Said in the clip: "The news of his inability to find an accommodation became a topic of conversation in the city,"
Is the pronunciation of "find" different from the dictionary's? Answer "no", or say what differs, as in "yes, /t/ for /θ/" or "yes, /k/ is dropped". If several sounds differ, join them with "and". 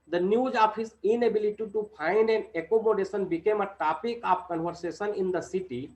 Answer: yes, /p/ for /f/